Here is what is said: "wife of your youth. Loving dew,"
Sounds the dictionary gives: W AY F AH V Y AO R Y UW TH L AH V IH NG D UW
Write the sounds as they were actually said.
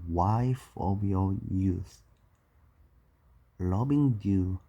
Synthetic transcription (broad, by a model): W AY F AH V Y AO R Y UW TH L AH B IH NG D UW